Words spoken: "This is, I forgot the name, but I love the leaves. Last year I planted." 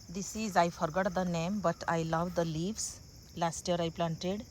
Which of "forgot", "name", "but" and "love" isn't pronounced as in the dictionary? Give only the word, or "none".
none